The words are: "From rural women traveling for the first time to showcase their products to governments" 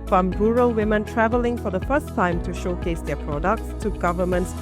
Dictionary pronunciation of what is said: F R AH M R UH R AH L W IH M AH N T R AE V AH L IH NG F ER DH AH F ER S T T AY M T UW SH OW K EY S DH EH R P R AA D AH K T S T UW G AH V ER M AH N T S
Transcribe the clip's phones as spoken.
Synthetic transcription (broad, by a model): F R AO M R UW R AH L W IH M AH N T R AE V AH L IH NG F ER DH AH F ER S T T AY M T UW SH OW K EY S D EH P R AA D AH K T S T UW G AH V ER M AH N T S